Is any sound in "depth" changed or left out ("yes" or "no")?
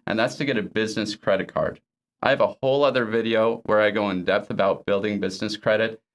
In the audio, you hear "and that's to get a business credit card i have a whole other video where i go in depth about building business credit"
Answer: no